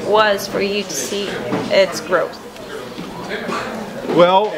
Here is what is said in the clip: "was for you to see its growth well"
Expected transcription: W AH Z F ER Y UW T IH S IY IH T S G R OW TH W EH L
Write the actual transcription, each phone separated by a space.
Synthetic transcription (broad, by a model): W AH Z F ER Y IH T IH S IY IH T S G R OW TH W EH L